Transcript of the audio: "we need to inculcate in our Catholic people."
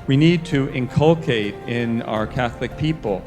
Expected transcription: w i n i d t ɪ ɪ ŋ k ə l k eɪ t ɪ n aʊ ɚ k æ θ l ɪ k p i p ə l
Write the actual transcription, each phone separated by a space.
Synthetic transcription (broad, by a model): w i n i d t ɪ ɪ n k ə l k eɪ t ɪ n aʊ ɚ k æ θ l ɪ k p i p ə l